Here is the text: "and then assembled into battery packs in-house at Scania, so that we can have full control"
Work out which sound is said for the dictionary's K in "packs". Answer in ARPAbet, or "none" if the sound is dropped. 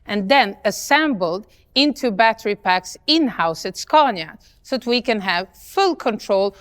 K